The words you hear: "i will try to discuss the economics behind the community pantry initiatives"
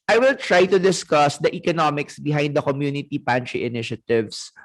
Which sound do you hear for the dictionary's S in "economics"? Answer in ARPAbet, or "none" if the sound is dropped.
S